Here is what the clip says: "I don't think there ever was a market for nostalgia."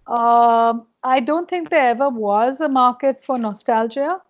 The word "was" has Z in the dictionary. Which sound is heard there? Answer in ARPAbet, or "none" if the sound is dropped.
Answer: Z